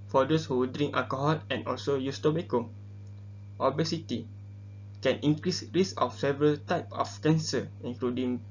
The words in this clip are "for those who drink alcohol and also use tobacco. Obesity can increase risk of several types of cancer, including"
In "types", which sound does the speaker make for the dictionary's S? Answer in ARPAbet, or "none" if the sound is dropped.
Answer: none